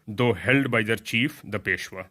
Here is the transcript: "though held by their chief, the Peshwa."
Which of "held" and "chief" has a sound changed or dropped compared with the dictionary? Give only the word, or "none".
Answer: none